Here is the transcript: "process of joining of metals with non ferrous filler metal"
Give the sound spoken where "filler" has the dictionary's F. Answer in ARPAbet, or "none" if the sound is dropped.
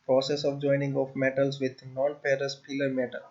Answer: P